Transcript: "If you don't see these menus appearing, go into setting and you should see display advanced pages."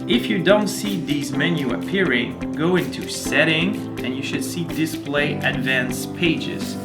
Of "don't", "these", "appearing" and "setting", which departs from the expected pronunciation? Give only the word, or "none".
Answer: none